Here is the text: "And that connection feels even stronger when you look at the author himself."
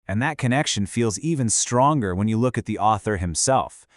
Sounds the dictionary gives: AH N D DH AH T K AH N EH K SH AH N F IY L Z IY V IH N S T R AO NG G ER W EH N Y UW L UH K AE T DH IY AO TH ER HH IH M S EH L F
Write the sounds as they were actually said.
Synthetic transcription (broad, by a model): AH N DH AH T K AH N EH K SH AH N F IY L Z IY V IH N S T R AO NG G ER W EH N Y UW L UH K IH T DH IY AO TH ER HH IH M S EH L F